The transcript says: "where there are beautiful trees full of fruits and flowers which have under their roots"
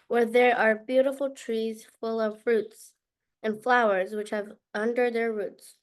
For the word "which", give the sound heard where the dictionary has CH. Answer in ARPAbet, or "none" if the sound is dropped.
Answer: CH